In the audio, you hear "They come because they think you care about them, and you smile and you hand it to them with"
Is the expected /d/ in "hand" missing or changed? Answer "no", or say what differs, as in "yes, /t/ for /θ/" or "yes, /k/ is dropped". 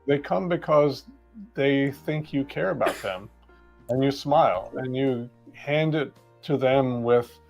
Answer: no